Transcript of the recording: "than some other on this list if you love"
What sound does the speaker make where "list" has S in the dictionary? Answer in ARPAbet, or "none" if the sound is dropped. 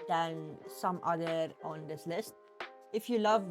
S